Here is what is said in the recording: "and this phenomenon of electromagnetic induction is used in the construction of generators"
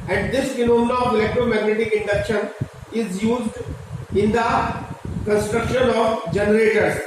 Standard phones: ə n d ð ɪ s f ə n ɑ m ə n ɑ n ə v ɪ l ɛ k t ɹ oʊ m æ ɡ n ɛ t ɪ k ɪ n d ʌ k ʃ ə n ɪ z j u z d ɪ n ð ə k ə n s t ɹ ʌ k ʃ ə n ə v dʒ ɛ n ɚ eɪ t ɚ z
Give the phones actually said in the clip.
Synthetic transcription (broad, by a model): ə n d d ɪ s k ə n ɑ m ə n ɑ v ɪ l ɛ k t ɹ oʊ m æ ɡ n ɛ t ɪ k ɪ n d ʌ k ʃ ə n ɪ z j u z d ɪ n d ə k ə n s t ɹ ʌ k ʃ ə n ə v dʒ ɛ n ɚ eɪ t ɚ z